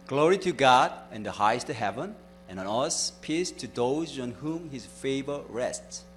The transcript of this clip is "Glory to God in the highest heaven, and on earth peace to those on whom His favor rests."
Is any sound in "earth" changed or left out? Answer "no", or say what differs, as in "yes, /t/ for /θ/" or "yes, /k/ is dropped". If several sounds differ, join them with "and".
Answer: yes, /s/ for /θ/